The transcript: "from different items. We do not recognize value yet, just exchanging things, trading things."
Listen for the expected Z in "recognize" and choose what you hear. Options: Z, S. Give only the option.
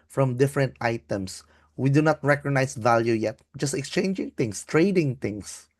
S